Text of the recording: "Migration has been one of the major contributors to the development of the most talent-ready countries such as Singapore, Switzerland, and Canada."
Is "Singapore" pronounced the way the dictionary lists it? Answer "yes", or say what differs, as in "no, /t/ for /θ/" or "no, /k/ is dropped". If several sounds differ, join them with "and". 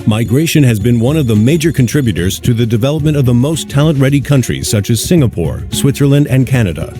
yes